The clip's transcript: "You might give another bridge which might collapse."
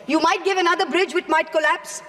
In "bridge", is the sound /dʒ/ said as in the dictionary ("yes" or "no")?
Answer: yes